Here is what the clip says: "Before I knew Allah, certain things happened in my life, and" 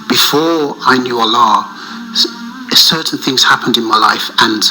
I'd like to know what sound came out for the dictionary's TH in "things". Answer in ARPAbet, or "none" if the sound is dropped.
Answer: TH